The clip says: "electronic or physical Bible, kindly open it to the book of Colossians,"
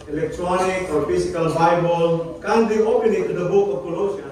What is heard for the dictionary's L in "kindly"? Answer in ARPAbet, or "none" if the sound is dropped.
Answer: none